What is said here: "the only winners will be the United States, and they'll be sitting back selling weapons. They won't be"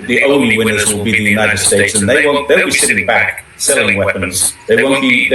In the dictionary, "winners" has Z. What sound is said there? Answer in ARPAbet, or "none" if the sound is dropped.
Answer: Z